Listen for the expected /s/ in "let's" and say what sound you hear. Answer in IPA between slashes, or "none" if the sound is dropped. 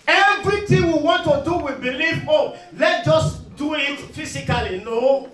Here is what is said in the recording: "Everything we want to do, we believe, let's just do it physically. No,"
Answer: none